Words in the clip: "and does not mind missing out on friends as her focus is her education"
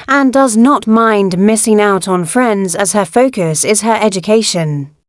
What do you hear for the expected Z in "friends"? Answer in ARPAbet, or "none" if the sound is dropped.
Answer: Z